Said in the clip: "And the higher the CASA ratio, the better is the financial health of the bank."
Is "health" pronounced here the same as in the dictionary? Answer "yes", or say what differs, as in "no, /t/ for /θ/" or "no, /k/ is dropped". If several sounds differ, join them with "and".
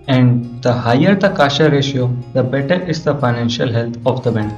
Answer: no, /t/ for /θ/